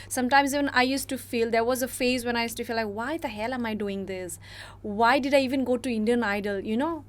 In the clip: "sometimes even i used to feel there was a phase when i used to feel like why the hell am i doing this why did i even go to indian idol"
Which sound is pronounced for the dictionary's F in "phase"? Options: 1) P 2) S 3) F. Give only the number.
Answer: 3